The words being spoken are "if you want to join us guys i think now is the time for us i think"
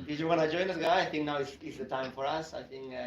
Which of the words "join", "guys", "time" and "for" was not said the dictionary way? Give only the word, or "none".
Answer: guys